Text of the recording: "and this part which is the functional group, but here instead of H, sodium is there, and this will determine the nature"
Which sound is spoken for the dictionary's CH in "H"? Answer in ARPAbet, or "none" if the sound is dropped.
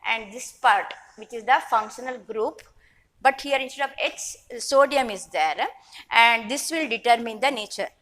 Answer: S